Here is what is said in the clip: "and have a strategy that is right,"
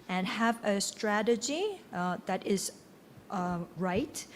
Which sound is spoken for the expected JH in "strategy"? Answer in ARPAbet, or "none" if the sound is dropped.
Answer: JH